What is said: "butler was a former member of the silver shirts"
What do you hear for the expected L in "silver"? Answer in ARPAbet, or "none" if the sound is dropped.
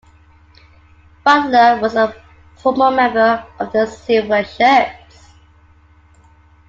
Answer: none